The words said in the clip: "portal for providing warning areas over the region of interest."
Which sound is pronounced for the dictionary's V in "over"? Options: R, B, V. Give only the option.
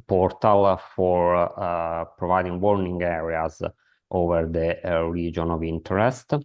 V